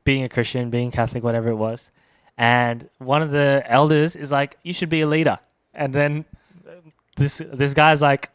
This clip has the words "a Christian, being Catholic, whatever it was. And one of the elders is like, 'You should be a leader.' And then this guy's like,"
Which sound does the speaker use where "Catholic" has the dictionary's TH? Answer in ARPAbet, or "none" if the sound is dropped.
TH